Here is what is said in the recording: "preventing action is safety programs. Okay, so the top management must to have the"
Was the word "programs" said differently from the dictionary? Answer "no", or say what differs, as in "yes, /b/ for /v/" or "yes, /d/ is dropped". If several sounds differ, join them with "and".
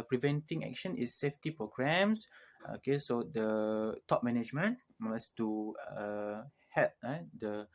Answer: yes, /s/ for /z/